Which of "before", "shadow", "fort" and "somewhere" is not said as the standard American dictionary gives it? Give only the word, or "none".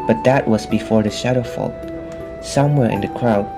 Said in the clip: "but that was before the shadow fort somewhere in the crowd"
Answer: fort